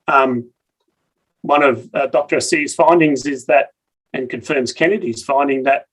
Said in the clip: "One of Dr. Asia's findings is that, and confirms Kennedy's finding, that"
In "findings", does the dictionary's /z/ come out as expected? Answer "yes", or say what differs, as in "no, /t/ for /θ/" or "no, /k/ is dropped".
yes